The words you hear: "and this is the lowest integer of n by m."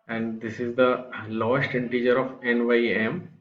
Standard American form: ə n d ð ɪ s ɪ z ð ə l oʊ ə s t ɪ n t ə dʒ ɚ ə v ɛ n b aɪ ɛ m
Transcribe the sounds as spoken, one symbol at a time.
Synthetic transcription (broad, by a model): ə n d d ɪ s ɪ z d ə l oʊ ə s t ɪ n t ə dʒ ɚ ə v ɛ n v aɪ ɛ m